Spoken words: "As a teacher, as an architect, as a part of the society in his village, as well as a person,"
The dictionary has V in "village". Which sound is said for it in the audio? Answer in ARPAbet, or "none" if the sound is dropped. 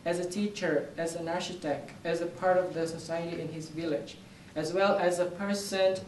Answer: V